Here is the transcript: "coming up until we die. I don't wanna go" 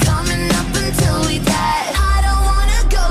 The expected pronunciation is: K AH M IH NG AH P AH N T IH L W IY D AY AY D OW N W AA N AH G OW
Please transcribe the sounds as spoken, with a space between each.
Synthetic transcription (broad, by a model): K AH M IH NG AH P AH N T IH L W IY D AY AY D OW N W AA N AH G OW